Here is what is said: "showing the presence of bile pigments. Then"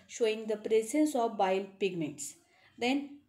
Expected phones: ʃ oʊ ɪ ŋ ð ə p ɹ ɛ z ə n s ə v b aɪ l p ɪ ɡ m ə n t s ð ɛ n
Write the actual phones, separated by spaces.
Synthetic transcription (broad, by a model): ʃ oʊ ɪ ŋ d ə p ɹ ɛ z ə n s ə v b aɪ l p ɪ ɡ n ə t s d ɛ n